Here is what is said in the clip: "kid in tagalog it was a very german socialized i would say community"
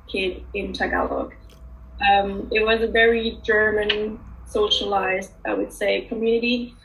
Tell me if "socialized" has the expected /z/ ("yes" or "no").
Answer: yes